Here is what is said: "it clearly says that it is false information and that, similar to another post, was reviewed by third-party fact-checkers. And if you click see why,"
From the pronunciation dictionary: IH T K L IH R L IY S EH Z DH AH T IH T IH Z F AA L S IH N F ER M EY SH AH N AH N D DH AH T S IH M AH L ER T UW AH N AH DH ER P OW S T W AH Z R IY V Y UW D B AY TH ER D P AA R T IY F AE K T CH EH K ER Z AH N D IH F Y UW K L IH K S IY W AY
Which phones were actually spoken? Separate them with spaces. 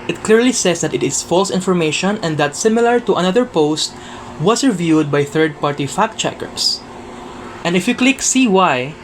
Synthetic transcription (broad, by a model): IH T K L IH R L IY S EH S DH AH T IH T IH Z F AA L S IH N F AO M EY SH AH N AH N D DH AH T S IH M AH L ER T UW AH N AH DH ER P OW S T W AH S R IY V Y UW D B AY TH ER D P AA R T IY F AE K CH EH K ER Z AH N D IH F Y UW K L IH K S IY W AY